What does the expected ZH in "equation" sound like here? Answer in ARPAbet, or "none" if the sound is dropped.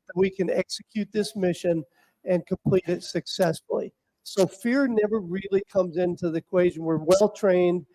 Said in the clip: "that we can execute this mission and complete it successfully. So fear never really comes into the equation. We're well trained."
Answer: ZH